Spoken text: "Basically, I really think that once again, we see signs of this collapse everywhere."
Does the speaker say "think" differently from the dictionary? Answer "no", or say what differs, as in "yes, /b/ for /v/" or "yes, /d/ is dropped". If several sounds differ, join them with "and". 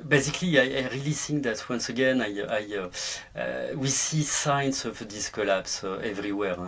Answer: yes, /s/ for /θ/